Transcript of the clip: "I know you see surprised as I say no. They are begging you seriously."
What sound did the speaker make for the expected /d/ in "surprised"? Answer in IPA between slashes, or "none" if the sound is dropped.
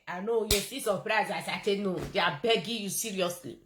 none